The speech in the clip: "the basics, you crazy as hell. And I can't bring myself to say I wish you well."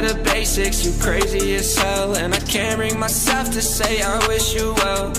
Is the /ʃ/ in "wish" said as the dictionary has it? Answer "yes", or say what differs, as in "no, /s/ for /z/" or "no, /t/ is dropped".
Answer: yes